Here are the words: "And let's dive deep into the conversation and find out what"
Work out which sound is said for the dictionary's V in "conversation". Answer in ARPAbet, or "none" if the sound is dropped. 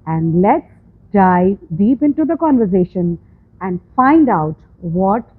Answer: V